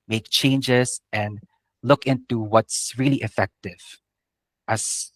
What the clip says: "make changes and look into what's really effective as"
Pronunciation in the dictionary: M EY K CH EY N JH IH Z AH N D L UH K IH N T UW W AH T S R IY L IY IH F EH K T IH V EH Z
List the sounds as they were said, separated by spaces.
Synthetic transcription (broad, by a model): M EY K CH EY N JH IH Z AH N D L UH K IH N T UW W AH T S R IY L IY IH F EH K T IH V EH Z